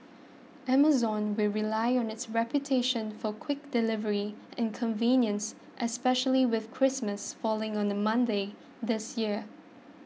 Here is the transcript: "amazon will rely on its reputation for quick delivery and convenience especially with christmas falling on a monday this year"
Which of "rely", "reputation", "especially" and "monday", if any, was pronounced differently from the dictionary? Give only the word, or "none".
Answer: none